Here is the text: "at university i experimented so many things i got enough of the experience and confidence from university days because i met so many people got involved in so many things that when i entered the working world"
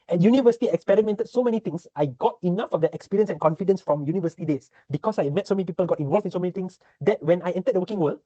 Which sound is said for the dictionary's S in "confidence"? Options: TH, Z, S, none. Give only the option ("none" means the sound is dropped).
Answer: S